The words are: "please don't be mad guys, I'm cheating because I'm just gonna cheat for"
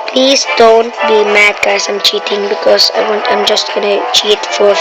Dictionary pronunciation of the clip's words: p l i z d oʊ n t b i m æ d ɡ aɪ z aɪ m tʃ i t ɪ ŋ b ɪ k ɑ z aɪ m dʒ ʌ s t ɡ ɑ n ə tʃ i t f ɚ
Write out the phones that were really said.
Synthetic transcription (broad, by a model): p l i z d oʊ n t b i m æ d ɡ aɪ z aɪ m tʃ i t ɪ ŋ b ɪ k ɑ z aɪ m dʒ ʌ s t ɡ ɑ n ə tʃ i t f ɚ